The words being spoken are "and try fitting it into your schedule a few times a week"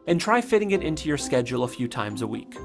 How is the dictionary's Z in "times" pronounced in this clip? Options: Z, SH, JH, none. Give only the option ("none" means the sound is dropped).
Z